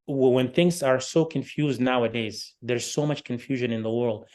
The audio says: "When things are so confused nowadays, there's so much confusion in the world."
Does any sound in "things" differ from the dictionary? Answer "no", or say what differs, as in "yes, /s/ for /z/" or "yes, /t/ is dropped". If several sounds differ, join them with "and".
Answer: no